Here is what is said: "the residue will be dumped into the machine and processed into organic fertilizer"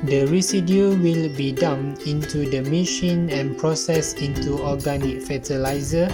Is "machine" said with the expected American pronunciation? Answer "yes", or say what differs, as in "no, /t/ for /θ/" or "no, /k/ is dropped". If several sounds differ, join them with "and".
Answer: yes